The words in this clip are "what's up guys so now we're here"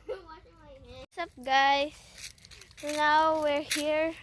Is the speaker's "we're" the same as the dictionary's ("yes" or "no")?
yes